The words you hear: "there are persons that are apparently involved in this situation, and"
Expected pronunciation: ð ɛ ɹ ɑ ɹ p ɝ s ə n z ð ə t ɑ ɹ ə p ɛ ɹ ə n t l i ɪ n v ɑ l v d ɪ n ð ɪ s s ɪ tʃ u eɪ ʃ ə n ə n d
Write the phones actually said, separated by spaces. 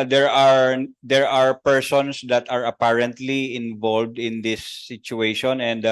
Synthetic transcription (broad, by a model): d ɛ ɹ ɑ ɹ p ɝ s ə n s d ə t ɑ ɹ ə p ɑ ɹ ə n t l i ɪ n v ɑ l v d ɪ n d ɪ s s ɪ tʃ u eɪ ʃ ə n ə n d